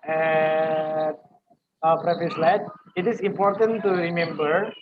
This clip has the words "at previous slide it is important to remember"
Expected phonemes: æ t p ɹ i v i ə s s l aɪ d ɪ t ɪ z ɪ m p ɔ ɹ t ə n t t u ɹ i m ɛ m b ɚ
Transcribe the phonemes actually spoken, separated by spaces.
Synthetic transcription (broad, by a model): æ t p ɹ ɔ f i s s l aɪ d ɪ t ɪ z ɪ m p ɔ ɹ t ə n t t u ɹ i m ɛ m b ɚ